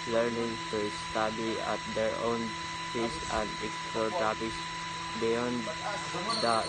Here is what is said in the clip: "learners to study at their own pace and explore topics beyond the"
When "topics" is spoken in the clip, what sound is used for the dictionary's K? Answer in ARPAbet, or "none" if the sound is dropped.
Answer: none